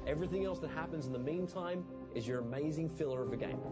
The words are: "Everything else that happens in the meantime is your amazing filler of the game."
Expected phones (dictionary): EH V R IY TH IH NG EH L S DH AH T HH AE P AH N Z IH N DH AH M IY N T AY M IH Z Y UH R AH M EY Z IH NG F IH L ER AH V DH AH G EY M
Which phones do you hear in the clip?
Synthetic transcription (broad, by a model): EH V R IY TH IH NG EH L S DH AH T HH AE P AH N Z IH N DH AH M IY N T AY M IH Z Y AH R AH M EY Z IH NG F IH L ER AH V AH G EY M